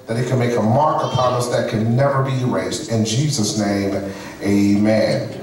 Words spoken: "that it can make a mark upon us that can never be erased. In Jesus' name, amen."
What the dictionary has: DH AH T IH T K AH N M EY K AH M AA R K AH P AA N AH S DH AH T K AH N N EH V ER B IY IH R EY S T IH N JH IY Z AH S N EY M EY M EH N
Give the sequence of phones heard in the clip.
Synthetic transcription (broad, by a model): DH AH T IH T K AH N M EY K AH M AA R K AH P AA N AH S DH AH T K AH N N EH V ER B IY R EY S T IH N JH IY Z AH S N EY M EY M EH N